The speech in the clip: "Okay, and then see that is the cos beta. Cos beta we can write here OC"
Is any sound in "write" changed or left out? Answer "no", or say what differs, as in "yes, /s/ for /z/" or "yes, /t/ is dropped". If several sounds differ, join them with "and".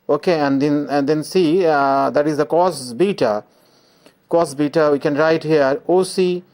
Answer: no